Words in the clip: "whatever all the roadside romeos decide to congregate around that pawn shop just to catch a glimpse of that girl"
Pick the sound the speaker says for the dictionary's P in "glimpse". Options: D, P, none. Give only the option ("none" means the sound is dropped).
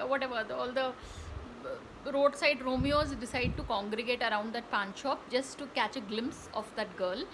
P